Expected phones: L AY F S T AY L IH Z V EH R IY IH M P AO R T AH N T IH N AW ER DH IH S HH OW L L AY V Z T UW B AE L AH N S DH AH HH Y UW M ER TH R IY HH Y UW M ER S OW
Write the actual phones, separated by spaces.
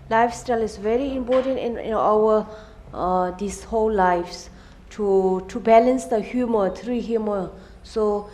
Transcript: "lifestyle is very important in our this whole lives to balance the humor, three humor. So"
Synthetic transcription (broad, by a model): L AY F S T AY L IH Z V EH R IY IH M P AO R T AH N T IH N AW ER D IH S HH OW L L AY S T T UW B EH L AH N S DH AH HH Y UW M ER T R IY HH Y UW M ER S OW